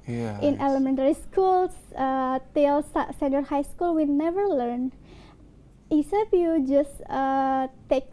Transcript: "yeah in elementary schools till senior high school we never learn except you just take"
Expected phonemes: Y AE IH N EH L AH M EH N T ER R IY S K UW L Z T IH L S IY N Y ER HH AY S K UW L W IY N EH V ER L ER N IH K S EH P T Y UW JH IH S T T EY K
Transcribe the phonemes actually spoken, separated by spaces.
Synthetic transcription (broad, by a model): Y IH N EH L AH M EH N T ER R IY S K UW L S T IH L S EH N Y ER HH AY S K UW L W IY N EH V ER L ER N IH S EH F Y UW JH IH S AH T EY K